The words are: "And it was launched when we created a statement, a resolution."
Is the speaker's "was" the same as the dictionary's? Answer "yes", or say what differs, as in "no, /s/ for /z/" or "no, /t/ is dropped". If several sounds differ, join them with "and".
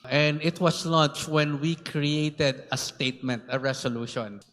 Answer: no, /s/ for /z/